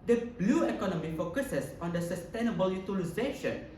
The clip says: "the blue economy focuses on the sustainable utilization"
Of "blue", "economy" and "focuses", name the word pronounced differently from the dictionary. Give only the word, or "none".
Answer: focuses